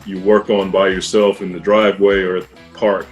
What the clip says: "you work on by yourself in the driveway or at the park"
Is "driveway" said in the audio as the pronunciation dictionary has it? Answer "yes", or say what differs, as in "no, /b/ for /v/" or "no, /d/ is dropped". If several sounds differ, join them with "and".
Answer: yes